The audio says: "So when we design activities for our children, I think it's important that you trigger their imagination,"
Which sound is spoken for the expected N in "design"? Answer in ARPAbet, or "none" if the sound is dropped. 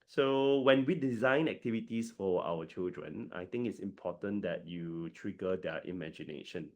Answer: N